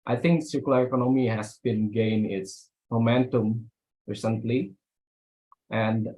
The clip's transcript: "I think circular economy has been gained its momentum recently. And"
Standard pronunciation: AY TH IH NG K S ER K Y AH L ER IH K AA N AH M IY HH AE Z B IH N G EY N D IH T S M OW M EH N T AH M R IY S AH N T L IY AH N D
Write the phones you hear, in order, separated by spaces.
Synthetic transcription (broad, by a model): AY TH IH NG K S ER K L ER IH K AA N AH M IY HH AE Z B IH N G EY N IH T S M OW M EH N T AH M R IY S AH N T L IY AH N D